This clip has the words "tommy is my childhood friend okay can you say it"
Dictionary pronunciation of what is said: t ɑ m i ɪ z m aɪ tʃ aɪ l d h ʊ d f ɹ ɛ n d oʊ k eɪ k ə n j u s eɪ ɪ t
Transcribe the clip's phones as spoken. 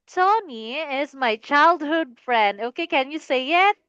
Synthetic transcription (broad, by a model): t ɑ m i ɪ z m aɪ tʃ aɪ l d h ʊ d f ɹ ɛ n d oʊ k eɪ k ə n j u s eɪ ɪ t